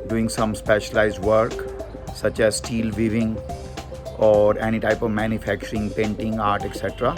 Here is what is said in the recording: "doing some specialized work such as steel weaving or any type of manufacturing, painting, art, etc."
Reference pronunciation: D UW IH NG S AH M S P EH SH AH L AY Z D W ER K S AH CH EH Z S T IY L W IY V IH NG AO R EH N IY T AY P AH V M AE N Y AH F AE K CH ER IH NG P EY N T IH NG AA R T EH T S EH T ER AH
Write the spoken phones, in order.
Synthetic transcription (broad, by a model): D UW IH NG S AH M S P EH SH AH L AY Z D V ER K S AH CH EH Z S T IY L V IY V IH NG AO R EH N IY T AY P AH V M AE N Y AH F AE K CH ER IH NG P EY N T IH NG AA R T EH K S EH T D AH